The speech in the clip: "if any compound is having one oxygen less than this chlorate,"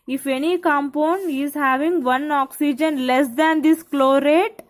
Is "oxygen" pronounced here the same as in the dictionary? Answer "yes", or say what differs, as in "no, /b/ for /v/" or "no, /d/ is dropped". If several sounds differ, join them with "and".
yes